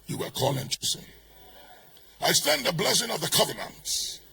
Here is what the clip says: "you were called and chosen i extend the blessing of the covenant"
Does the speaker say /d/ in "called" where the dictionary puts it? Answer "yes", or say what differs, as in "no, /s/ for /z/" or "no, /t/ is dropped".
no, /d/ is dropped